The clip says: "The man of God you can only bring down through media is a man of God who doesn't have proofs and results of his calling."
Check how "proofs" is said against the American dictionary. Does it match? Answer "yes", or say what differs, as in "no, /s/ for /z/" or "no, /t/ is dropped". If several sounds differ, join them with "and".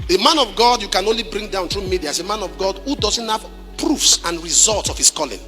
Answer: yes